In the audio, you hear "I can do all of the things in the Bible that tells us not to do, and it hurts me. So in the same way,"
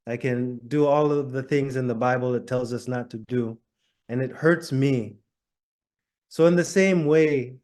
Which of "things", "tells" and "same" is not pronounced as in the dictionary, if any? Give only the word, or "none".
none